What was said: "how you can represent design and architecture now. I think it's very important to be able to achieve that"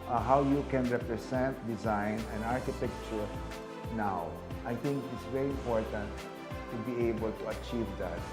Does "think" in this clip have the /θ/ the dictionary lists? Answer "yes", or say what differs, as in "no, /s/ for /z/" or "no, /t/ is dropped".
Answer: no, /t/ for /θ/